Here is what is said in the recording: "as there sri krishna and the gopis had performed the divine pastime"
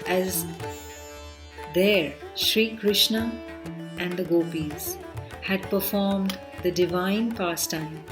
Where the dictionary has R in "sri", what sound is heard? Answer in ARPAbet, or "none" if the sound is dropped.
R